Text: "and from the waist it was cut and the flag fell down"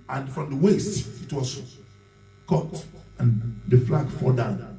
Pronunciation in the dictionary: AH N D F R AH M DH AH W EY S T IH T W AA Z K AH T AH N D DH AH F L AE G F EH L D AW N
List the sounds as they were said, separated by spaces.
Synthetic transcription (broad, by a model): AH N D F R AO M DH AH W EY S T IH T W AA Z K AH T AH N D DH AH F L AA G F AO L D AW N